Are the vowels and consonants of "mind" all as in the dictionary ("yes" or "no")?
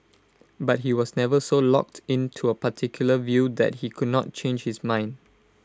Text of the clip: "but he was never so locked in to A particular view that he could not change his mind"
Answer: yes